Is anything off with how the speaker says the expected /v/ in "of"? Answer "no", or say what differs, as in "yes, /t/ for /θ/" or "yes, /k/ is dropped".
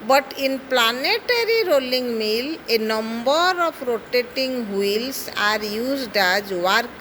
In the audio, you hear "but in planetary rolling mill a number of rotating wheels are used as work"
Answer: yes, /p/ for /v/